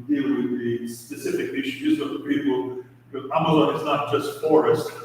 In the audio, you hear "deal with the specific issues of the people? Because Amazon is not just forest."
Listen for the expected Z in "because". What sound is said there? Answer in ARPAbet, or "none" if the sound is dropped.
none